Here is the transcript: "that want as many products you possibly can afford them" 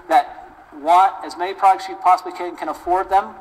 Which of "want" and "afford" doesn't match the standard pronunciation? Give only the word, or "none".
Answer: want